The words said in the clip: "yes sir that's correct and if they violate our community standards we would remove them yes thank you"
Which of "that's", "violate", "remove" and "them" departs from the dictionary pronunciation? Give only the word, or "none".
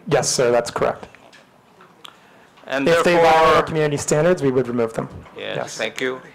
violate